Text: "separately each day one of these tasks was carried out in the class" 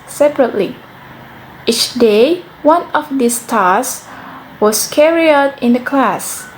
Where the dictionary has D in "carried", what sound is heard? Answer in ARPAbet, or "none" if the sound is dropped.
none